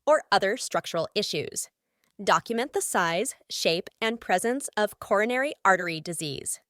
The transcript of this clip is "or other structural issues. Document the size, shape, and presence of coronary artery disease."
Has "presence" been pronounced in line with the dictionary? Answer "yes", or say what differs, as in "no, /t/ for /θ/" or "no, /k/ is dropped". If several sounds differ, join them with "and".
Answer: yes